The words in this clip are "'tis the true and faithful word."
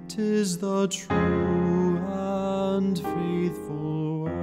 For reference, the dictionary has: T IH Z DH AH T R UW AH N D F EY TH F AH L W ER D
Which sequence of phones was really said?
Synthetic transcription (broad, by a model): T IH Z DH AH T R UW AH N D F EY TH F AH L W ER